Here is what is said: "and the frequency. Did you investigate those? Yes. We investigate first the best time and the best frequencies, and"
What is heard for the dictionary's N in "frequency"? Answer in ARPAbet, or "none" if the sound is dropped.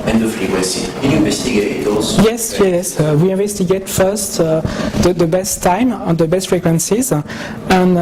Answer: none